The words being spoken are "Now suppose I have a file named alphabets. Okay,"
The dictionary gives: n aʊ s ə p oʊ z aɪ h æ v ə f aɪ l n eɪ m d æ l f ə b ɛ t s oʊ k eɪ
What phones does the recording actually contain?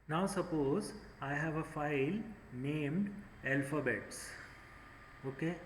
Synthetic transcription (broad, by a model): n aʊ s ə p oʊ z aɪ h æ v ə f aɪ l n eɪ m d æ l f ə b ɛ t s oʊ k eɪ